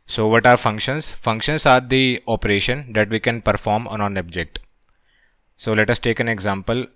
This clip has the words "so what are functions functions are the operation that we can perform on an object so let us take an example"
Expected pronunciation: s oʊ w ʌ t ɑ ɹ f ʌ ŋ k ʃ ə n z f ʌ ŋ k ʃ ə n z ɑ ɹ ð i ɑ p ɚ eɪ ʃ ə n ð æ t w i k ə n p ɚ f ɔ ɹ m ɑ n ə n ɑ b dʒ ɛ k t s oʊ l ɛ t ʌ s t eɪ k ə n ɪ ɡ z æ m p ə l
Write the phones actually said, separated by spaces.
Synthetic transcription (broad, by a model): s oʊ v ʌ t ɑ ɹ f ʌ ŋ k ʃ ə n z f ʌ ŋ k ʃ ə n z ɑ ɹ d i ɑ p ɚ eɪ ʃ ə n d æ t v i k ə n p ɚ f ɔ ɹ m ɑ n ə n ɑ b dʒ ɛ k t s oʊ l ɛ t ʌ s t eɪ k ə n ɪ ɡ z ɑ m p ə l